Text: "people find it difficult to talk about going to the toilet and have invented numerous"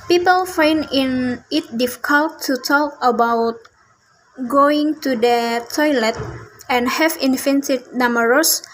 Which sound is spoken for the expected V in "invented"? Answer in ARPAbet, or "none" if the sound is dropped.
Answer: F